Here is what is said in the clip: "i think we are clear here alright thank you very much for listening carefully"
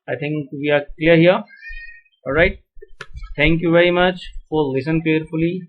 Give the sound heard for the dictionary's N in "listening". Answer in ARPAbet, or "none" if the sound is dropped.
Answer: none